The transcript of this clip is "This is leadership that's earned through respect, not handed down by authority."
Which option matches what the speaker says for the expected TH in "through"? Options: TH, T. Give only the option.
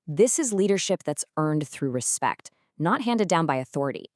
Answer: TH